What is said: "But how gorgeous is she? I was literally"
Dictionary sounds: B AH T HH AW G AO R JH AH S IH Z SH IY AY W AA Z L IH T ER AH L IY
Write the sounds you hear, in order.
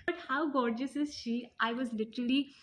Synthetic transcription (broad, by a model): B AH T HH AW G AO R JH AH S IH Z SH IY AY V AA Z L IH T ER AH L IY